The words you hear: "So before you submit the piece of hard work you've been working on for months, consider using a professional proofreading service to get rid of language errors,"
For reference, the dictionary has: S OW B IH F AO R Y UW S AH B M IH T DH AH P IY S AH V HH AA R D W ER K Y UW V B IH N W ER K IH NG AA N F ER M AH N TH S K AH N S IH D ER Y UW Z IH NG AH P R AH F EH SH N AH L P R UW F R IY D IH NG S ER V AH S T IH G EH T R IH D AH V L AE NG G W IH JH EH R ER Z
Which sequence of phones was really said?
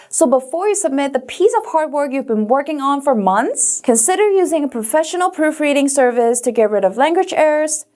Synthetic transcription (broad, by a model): S OW B IH F AO R Y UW S AH B M IH T DH AH P IY S AH V HH AA R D W ER K Y UW V B IH N W ER K IH NG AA N F ER M AH N TH S K AH N S IH D ER Y UW Z IH NG AH P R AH F EH SH N L P R UW F R IY D IH NG S ER V AH S T IH G EH T R IH D AH V L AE NG G W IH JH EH R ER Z